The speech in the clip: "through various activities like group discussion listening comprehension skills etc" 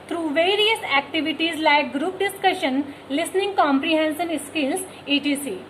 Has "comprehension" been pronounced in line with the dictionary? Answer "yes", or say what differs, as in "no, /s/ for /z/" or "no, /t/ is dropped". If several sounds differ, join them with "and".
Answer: no, /s/ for /ʃ/